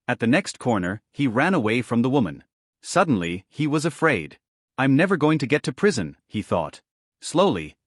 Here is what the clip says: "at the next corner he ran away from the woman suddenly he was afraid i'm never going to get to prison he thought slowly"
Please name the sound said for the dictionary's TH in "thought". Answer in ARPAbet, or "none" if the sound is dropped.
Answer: TH